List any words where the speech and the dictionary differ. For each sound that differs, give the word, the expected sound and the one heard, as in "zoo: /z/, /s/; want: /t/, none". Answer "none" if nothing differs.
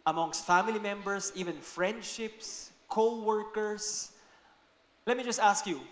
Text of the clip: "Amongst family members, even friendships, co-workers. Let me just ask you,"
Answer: members: /z/, /s/; workers: /z/, /s/